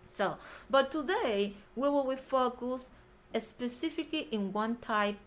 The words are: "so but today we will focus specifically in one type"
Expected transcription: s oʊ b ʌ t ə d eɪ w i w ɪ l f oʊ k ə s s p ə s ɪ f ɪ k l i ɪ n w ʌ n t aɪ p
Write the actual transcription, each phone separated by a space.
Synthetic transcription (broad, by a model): s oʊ b ʌ t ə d eɪ w i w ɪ w f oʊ k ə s s p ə s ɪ f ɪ k l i ɪ n w ʌ n t aɪ p